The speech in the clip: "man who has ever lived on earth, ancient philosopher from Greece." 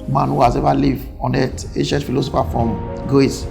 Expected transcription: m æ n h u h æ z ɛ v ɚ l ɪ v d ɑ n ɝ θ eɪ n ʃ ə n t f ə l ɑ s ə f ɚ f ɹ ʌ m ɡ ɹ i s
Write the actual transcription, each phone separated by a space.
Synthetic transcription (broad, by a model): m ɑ n h u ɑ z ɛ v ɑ l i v ɑ n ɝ t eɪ ʃ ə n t f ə l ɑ s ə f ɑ f ɹ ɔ m ɡ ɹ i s